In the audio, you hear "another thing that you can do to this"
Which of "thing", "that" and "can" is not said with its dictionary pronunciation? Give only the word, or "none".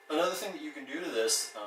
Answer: none